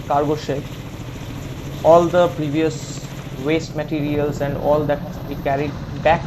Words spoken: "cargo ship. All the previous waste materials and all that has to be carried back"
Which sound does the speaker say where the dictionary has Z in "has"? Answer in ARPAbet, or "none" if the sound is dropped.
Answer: S